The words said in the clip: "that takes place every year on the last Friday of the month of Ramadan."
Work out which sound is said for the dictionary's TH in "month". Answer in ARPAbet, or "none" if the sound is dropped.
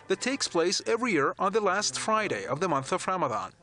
TH